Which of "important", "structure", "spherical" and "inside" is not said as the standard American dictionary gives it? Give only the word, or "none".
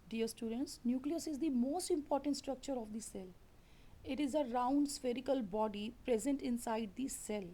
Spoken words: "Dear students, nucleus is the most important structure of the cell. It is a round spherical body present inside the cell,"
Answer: none